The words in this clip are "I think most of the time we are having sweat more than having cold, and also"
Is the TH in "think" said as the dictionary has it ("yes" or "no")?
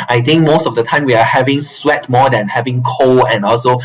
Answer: no